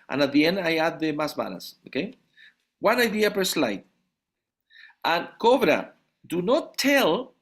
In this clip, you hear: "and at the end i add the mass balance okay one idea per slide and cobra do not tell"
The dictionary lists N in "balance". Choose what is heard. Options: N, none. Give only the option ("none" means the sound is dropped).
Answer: none